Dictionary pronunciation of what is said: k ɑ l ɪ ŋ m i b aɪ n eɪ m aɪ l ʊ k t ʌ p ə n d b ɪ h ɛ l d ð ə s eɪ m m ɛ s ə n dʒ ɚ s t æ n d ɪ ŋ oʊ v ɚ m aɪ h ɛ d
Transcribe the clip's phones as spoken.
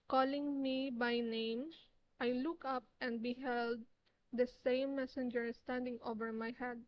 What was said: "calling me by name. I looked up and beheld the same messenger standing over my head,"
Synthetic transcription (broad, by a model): k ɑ l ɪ ŋ m i b aɪ n eɪ m aɪ l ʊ k ʌ p ə n d b ɪ h ɛ l d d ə s eɪ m m ɛ s ə n dʒ ɚ s t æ n d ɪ ŋ oʊ v ɚ m aɪ h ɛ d